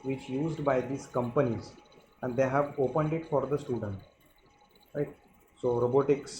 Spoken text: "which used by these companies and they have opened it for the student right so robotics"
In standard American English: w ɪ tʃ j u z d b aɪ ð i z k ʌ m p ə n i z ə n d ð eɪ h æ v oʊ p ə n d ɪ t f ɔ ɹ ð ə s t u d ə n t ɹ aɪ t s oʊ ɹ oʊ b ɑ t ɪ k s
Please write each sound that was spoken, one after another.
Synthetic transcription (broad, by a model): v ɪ tʃ j u z d b aɪ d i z k ʌ m p ə n i z ə n d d eɪ h æ v oʊ p ə n d ɪ t f ɔ ɹ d ə s t u d ə n t ɹ aɪ t s oʊ ɹ oʊ b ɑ t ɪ k s